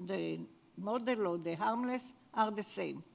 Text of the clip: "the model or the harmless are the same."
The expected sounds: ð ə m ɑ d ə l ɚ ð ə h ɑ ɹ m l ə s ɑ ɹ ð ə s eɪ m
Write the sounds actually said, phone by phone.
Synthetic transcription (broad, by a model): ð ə m ɑ d ə l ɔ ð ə h ɑ ɹ m l ə s ɑ ɹ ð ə s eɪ m